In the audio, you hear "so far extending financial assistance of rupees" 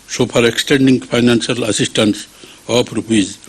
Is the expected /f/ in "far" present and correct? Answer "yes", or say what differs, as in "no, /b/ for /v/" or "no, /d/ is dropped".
no, /p/ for /f/